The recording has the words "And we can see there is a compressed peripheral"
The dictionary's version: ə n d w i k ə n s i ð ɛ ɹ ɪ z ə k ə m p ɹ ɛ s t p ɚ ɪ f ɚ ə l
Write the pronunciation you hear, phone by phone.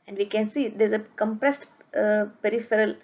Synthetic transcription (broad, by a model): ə n d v i k ə n s i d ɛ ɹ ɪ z ə k ə m p ɹ ɛ s t p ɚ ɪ f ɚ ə l